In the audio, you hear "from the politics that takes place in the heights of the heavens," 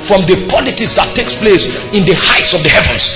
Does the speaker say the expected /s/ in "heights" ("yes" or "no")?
yes